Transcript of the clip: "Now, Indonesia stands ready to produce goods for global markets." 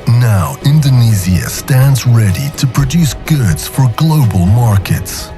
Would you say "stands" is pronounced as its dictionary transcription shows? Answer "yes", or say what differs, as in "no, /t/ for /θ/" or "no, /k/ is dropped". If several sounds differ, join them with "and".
yes